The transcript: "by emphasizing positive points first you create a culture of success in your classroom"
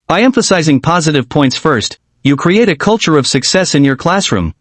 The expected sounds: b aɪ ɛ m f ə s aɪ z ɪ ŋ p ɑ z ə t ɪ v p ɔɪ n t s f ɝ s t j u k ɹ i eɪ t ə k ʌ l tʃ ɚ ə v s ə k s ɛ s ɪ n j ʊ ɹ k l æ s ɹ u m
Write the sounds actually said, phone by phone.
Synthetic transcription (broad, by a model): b aɪ ɛ m f ə s aɪ z ɪ ŋ p ɑ z ə t ɪ v p ɔɪ n t s f ɝ s t j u k ɹ i eɪ t ə k ʌ l tʃ ɚ ə v s ə k s ɛ s ɪ n j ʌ ɹ k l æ s ɹ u m